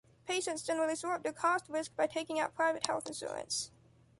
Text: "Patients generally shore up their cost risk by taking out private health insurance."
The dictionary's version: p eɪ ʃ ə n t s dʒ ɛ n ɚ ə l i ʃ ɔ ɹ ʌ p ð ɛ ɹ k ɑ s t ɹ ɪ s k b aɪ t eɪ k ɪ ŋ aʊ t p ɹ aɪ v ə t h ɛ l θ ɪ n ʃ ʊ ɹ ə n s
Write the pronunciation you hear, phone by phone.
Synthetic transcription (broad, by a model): p eɪ ʃ ə n t s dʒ ɛ n ɚ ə l i s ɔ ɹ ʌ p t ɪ k ɑ s t ɹ ɪ s k b aɪ t eɪ k ɪ ŋ aʊ t p ɹ aɪ v ə t h ɛ l θ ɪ n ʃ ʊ ɹ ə n s